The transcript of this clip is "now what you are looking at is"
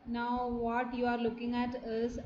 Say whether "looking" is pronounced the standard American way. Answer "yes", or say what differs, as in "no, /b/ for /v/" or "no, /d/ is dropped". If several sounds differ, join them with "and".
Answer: yes